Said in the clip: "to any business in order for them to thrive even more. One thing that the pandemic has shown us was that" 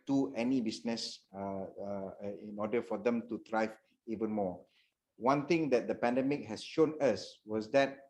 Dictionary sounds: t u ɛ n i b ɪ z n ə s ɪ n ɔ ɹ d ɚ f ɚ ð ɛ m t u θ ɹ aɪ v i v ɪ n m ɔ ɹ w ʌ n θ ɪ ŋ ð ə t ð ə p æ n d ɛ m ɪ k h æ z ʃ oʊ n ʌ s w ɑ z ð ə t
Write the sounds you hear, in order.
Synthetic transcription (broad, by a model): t u ɛ n i b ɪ s n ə s ɪ n ɔ d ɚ f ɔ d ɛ m t u t ɹ aɪ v i v ɪ n m ɔ w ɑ n t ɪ ŋ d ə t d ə p æ n d ɛ m ɪ k h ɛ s ʃ oʊ n ʌ s w ɑ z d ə t